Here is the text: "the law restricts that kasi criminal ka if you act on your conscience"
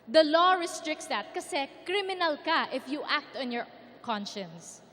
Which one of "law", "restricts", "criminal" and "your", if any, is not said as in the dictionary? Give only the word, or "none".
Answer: none